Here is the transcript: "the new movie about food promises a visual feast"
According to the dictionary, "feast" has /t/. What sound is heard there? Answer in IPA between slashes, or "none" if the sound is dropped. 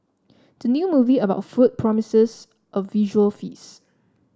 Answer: none